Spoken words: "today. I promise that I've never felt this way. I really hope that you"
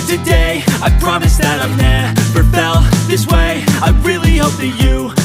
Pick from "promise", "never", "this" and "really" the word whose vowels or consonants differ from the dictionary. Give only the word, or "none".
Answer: never